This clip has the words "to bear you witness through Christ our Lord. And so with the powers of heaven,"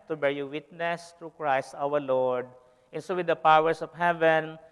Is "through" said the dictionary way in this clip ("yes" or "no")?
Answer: no